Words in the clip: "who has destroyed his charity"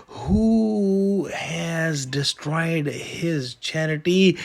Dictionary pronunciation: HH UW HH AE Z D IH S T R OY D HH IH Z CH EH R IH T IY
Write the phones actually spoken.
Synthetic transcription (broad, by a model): HH UW HH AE Z D IH S T R OY D HH IH Z CH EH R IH T IY